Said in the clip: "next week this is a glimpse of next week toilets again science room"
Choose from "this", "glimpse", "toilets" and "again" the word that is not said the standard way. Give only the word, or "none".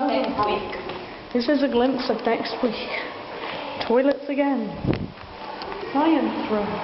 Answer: none